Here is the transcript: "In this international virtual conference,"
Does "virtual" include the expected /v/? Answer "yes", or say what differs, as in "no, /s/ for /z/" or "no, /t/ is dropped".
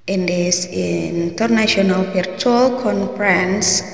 no, /p/ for /v/